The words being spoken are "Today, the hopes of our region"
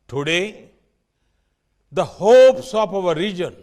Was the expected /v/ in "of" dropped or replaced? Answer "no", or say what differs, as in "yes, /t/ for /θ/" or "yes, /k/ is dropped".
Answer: yes, /p/ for /v/